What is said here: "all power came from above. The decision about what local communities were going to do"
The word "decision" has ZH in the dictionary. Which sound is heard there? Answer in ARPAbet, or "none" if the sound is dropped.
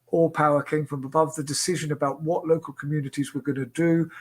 ZH